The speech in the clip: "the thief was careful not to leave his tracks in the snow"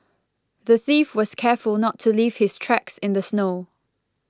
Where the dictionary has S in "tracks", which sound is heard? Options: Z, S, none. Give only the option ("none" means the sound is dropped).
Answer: S